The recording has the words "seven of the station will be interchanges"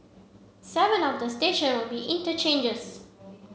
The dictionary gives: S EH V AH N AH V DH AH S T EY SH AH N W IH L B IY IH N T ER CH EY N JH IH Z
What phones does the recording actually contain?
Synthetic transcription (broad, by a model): S EH V AH N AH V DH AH S T EY SH AH N W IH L B IY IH N T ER CH EY N JH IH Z